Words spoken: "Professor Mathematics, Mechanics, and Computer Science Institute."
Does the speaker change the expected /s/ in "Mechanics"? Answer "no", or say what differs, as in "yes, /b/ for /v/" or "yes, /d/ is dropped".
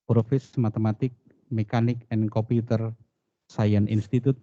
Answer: yes, /s/ is dropped